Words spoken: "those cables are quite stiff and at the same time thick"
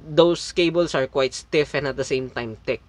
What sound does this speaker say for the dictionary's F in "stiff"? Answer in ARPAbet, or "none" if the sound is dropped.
F